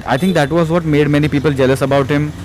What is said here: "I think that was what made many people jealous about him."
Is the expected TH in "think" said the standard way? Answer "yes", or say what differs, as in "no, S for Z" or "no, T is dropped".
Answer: no, T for TH